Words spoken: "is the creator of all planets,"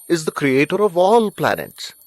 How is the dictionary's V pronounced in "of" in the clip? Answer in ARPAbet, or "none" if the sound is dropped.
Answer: V